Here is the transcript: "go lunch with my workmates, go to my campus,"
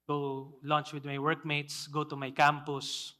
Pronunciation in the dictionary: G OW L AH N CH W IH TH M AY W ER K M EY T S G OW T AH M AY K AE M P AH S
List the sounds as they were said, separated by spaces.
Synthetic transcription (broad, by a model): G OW L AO N CH W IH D M AY W ER K M EY T S G OW T AH M AY K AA M P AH S